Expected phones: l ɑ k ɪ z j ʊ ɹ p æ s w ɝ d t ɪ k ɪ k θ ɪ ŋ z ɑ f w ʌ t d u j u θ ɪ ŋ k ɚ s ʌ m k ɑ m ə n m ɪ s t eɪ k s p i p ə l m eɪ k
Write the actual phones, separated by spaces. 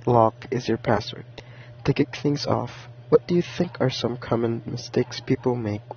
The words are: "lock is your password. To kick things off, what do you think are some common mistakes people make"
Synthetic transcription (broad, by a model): l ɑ k ɪ z j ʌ ɹ p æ s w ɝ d t ɪ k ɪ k θ ɪ ŋ z ɑ f w ʌ t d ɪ j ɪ θ ɪ ŋ k ɚ s ʌ m k ɑ m ə n m ɪ s t eɪ k s p i p l m eɪ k